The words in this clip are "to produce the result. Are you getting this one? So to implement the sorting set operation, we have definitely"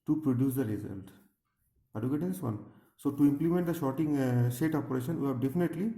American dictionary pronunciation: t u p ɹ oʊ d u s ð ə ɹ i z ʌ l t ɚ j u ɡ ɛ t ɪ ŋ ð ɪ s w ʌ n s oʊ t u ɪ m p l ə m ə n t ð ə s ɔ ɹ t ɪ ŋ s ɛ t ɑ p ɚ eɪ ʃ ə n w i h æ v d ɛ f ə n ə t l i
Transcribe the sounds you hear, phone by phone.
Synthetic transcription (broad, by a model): t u p ɹ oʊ d u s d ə ɹ i z ʌ l t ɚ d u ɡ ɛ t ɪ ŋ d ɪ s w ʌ n s oʊ t u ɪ m p l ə m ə n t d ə ʃ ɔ t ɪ ŋ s ɛ t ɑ p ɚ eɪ ʃ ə n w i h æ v d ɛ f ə n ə t l i